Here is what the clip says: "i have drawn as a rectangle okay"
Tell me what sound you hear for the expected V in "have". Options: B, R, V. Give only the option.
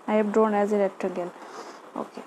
B